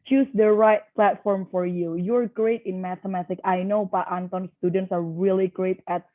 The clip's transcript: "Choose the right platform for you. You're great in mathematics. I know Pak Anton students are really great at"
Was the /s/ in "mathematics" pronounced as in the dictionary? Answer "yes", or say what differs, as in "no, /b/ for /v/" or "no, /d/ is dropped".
no, /s/ is dropped